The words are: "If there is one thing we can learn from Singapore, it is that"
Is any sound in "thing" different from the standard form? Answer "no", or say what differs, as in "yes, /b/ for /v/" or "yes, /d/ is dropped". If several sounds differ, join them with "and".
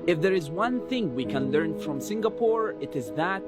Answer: no